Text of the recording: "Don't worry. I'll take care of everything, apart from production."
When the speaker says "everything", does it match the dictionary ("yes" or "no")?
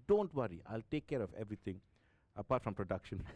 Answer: no